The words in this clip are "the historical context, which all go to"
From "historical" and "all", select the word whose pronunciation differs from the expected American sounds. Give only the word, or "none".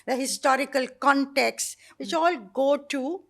none